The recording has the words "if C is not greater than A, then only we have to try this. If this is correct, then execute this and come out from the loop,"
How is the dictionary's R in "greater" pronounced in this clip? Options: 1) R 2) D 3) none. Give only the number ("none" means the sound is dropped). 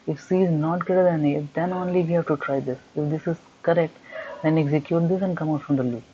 3